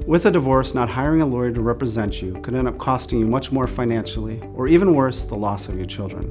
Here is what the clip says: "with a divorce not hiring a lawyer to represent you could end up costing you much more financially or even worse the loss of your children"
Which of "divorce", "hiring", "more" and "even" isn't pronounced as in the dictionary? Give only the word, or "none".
none